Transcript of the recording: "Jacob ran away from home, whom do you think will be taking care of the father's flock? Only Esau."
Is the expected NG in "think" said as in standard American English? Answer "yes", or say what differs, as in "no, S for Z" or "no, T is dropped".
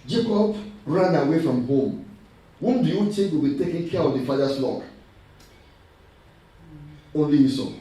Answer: no, NG is dropped